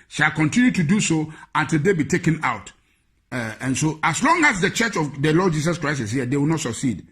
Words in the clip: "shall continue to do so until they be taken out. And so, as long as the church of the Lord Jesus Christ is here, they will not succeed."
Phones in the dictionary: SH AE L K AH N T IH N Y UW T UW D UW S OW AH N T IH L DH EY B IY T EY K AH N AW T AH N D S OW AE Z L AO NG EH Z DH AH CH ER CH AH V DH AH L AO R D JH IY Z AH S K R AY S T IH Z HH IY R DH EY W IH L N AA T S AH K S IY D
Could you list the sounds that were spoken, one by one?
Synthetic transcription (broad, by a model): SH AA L K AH N T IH N Y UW T UW D UW S OW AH N T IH L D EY B IY T EY K AH N AW T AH N S OW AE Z L AO NG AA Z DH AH CH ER CH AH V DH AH L AO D JH IY S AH S K R AY S IH S HH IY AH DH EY W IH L N AA T S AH K S IY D